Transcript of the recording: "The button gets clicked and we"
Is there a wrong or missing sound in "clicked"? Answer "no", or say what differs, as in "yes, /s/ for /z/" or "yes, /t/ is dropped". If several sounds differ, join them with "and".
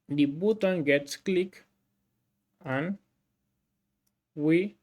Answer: yes, /t/ is dropped